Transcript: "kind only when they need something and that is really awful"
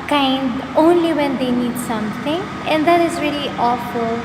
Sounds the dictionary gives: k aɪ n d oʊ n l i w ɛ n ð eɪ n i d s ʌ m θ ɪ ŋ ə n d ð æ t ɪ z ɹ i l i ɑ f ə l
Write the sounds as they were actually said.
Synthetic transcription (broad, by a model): k aɪ n d oʊ n l i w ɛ n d eɪ n i d s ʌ m t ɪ ŋ ə n d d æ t ɪ z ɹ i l i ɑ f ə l